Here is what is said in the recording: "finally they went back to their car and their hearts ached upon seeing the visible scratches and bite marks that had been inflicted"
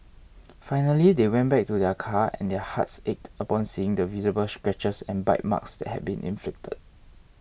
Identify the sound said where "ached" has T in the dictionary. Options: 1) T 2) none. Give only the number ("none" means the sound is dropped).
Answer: 1